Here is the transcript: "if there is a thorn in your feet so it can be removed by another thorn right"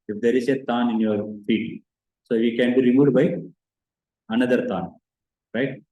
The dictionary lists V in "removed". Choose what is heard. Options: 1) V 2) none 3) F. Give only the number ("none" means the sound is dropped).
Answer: 2